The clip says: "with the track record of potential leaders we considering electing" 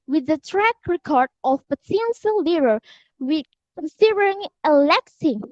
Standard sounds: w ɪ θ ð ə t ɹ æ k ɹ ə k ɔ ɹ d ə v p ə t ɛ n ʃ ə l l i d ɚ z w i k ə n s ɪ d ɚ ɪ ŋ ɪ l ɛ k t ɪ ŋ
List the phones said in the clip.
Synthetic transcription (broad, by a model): w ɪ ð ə t ɹ æ k ɹ ə k ɔ ɹ d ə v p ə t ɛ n s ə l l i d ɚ w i k ə n s ɪ d ɚ ɪ ŋ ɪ l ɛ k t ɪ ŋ